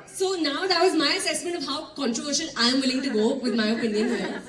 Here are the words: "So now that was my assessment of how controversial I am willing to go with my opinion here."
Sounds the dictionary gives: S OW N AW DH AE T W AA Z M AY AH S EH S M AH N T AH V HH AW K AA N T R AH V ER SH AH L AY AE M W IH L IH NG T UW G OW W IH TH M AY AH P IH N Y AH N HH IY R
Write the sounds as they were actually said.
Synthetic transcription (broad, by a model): S OW N AW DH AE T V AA Z M AY AH S EH S M AH N T AH V HH AW K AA N T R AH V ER SH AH N AY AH M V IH L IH NG T UW G OW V IH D M AY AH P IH N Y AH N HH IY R